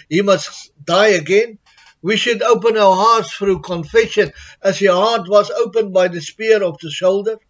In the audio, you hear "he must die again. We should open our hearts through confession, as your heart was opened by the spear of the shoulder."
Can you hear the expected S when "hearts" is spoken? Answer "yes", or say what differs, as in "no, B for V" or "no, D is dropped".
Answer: yes